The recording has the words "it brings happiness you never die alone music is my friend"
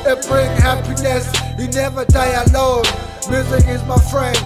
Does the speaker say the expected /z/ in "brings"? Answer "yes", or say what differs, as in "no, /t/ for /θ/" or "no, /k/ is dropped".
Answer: no, /z/ is dropped